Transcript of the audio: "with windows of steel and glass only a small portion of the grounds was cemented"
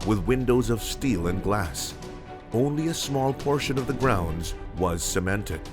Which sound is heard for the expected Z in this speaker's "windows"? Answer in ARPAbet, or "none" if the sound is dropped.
Z